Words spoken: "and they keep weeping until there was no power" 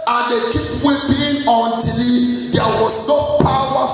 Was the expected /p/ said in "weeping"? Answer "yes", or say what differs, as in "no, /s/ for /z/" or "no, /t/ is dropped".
no, /b/ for /p/